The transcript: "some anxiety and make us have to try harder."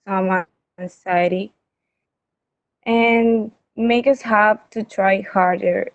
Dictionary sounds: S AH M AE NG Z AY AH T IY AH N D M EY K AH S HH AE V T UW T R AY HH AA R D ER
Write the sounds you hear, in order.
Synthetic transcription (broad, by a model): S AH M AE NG S AY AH T IY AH N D M EY K AH S HH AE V T UW T R AY HH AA R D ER